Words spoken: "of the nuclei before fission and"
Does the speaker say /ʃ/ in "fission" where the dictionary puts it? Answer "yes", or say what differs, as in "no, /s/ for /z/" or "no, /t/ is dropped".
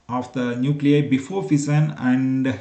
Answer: no, /s/ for /ʃ/